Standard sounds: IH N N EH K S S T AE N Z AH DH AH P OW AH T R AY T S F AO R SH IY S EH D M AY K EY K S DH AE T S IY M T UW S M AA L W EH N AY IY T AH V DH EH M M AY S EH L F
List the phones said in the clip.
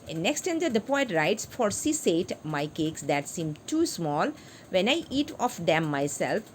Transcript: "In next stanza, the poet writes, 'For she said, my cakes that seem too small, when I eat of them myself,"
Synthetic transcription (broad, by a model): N N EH K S S T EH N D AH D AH P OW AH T R AY T S F AO R S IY S EH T M AY K EY K S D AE T S IY M T UW S M AA L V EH N AY IY T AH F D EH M M AY S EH L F